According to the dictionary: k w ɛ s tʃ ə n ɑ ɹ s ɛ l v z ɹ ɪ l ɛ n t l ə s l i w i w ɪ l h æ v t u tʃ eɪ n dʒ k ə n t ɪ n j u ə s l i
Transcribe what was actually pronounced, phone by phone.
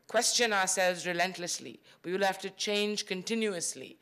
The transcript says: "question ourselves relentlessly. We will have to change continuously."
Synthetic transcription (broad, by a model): k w ɛ s tʃ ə n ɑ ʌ s ɛ l v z ɹ ɪ l ɛ n t l ə s l i w i w ɪ l h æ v t u tʃ eɪ n dʒ k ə n t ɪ n j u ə s l i